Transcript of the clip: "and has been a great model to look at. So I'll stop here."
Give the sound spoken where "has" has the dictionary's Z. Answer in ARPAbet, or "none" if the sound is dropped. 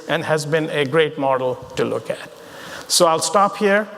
Z